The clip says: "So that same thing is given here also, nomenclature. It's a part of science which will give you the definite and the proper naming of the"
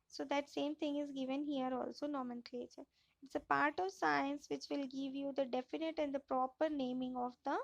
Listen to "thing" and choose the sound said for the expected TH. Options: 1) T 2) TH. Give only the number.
1